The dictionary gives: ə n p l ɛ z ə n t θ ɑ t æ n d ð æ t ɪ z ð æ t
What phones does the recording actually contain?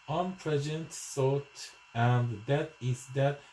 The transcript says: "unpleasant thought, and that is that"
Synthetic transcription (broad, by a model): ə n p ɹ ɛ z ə n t s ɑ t æ n d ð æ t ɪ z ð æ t